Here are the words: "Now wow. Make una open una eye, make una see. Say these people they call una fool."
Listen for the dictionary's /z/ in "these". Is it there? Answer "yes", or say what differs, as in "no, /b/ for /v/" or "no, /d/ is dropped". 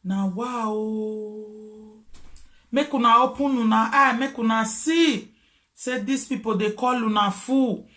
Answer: no, /s/ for /z/